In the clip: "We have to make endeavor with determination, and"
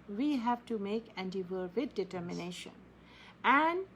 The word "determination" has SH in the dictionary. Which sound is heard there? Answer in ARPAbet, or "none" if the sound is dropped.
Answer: SH